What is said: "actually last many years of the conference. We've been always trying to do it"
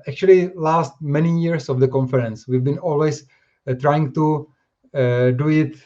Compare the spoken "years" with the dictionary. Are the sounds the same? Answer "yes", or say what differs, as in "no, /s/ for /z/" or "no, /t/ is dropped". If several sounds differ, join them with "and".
no, /s/ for /z/